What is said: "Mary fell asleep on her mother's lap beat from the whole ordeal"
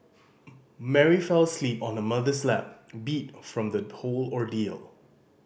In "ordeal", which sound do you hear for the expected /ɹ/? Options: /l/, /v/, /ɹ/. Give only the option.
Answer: /ɹ/